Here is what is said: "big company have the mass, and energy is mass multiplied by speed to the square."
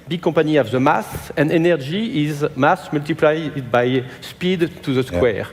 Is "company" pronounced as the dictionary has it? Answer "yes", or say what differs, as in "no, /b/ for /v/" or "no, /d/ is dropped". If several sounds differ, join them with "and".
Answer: no, /m/ is dropped